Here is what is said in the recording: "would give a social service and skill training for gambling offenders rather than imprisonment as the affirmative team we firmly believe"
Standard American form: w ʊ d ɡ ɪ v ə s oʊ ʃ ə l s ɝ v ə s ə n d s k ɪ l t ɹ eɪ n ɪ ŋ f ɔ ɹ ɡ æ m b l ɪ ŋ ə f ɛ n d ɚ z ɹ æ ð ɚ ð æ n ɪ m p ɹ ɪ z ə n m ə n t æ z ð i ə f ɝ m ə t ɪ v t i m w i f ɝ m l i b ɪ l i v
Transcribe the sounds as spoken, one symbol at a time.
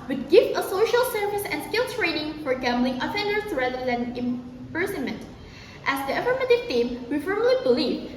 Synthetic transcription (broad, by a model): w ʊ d ɡ ɪ v ə s oʊ ʃ ə l s ɝ v ə s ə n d s k ɪ l t ɹ eɪ n ɪ ŋ f ɔ ɹ ɡ æ m b l ɪ ŋ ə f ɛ n d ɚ s ɹ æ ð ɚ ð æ n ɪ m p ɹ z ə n m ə n t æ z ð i ə f ɝ m ə t ɪ v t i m w i f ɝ m l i b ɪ l i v